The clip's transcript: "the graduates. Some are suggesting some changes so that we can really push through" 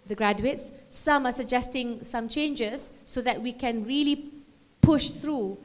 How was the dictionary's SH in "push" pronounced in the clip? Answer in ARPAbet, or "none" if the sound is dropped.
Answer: SH